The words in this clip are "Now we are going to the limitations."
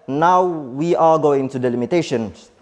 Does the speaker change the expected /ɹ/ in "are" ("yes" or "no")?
yes